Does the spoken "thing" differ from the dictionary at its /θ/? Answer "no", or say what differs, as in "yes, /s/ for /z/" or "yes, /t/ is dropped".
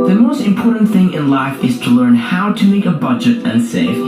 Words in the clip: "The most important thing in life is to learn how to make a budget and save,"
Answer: no